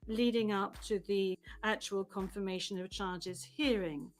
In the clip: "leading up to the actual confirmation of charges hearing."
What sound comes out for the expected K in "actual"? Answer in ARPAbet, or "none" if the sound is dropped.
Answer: K